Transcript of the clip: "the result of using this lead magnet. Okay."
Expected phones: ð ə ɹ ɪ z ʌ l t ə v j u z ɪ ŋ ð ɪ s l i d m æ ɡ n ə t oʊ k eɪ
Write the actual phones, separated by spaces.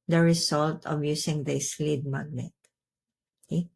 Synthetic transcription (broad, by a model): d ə ɹ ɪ s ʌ l t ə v j u s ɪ ŋ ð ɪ s l i d m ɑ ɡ n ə t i